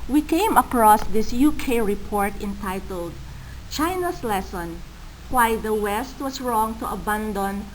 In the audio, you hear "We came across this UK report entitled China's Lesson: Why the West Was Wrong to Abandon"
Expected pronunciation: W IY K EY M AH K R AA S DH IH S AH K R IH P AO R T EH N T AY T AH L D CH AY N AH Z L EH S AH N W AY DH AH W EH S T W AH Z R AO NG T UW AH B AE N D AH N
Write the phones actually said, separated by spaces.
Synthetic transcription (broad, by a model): W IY K EY M AH K R AA S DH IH S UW K R IH P AO R T EH N T AY T AH L D CH AY N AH S L EH S AH N W AY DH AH W EH S T W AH S R AO NG T UW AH B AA N D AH N